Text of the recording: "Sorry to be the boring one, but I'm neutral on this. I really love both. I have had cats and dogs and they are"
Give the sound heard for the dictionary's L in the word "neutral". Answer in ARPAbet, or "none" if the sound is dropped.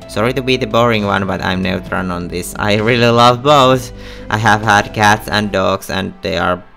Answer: N